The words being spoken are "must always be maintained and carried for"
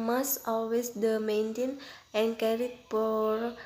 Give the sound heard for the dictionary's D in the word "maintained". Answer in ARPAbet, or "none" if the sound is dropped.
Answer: none